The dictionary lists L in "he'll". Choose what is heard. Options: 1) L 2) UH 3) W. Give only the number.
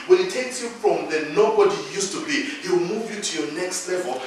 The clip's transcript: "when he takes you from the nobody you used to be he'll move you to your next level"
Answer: 3